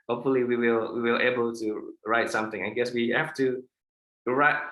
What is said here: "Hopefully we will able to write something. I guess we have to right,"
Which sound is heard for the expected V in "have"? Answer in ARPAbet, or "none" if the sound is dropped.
F